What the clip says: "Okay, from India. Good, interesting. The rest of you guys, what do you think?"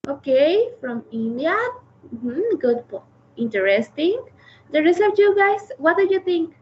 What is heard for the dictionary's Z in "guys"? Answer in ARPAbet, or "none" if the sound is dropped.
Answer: S